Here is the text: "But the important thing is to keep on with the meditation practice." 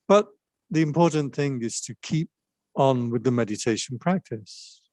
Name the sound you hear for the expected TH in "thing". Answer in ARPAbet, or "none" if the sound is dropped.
TH